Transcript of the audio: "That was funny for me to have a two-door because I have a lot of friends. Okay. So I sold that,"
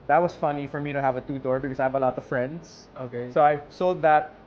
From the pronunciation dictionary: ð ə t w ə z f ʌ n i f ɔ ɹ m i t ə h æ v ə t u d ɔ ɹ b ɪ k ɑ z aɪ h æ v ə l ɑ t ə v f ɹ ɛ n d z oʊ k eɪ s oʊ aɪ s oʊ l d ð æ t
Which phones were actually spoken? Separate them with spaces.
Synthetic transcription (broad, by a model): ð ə t w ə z f ʌ n i f ɔ ɹ m i t ə h æ v ə t u d ɔ ɹ b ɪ k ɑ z aɪ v ə l ɑ t ə v f ɹ ɛ n d s oʊ k eɪ s oʊ aɪ s oʊ l d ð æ t